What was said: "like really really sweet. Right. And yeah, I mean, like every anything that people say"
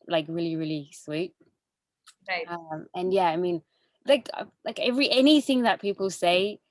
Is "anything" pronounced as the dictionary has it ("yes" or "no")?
yes